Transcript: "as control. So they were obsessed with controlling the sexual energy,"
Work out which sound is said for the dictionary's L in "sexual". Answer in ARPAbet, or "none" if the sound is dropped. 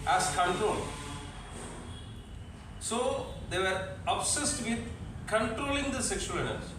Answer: N